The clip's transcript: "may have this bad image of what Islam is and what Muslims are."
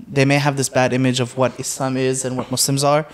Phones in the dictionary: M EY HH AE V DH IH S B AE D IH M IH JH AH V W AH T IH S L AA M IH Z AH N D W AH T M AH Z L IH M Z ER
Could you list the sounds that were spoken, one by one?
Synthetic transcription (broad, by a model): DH EY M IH V DH IH S B AE D IH M IH JH AH V W AH T IH S L AA M IH Z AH N W AH T M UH S L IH M Z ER